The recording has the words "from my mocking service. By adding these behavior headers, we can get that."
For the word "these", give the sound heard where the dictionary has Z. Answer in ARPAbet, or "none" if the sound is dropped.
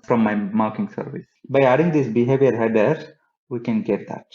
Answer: S